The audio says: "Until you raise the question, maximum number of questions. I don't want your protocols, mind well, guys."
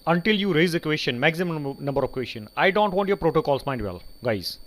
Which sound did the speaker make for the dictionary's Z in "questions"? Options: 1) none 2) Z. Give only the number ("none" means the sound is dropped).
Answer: 1